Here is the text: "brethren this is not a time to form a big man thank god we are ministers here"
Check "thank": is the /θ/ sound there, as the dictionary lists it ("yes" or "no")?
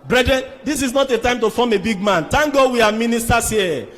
no